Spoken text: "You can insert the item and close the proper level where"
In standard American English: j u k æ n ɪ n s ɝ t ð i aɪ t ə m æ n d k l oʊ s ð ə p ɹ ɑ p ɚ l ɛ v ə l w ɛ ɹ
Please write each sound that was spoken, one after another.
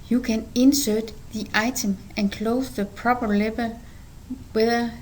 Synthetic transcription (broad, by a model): j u k æ n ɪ n s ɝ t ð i aɪ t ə m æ n k l oʊ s ð ə p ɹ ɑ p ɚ l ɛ b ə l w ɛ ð